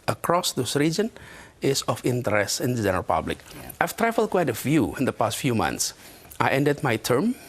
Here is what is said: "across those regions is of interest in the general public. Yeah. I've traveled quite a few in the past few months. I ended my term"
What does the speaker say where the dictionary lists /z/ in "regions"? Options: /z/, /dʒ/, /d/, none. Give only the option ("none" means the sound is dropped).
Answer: none